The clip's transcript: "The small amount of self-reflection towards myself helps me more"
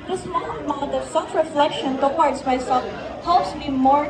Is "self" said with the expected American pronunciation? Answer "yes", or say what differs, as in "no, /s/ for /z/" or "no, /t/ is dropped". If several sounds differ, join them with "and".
no, /l/ is dropped